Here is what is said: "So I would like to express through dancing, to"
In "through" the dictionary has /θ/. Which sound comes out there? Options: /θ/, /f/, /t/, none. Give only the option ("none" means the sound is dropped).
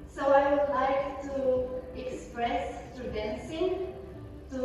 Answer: /t/